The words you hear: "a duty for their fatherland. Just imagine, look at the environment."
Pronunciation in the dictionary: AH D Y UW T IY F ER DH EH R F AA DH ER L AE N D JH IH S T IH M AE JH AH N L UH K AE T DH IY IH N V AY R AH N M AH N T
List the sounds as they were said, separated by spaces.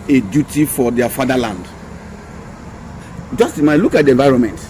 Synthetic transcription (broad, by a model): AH D Y UW T IY F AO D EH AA F AA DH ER L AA N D JH IH S T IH M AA AH L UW K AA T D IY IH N V AY R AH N M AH N T